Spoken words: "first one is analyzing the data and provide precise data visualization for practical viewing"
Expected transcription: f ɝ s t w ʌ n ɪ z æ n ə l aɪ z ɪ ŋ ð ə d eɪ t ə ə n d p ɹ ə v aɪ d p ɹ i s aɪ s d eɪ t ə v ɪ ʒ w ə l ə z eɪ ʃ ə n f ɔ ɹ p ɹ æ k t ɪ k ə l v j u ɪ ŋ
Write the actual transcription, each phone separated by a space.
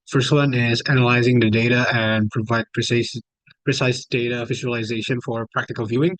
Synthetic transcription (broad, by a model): f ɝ s t w ʌ n ɪ z æ n ə l aɪ z ɪ ŋ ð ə d eɪ t ə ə n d p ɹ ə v aɪ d p ɹ i s aɪ s d eɪ t ə f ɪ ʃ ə l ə z eɪ ʃ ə n f ɔ ɹ p ɹ æ k t ɪ k ə l v j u ɪ ŋ